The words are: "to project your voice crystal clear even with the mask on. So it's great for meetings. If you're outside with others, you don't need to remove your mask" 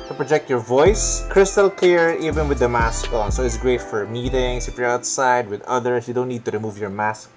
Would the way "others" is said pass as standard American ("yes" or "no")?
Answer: no